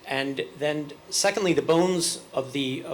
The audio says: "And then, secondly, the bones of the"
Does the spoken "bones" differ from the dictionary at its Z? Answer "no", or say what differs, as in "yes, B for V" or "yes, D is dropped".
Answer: no